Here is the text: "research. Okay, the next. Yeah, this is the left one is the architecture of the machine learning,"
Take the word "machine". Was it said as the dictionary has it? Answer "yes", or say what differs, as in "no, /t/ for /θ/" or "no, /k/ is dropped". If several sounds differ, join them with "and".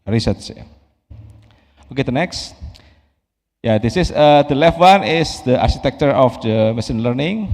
no, /s/ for /ʃ/